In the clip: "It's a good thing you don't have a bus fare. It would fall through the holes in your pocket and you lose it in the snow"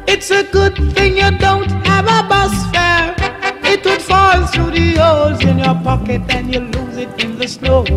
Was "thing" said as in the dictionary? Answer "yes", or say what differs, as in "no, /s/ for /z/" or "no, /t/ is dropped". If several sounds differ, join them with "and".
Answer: yes